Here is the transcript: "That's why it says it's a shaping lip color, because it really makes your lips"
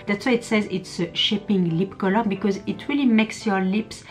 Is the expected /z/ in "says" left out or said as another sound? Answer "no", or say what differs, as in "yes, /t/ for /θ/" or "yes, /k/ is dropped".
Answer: no